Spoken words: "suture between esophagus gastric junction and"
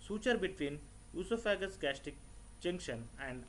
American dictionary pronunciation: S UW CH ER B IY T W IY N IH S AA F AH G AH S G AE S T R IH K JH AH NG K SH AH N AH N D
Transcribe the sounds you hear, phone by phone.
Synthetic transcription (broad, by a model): S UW CH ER B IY T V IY N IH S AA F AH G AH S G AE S T IH K JH AH NG K SH AH N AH N D